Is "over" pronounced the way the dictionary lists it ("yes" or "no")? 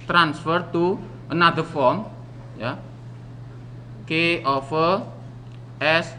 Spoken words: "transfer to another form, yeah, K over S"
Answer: no